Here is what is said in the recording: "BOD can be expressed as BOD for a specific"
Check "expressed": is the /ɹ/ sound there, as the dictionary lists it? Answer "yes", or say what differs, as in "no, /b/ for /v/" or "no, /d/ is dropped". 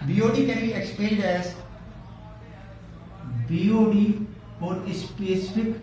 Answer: no, /l/ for /ɹ/